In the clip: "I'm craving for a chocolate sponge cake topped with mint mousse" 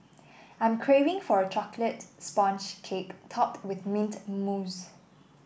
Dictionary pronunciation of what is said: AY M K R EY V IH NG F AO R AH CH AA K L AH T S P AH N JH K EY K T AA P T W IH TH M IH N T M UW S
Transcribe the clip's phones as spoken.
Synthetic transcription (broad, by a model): AY M K R EY V IH NG F AO R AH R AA K L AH T S P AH N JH K EY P T AA P T W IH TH M IH N T M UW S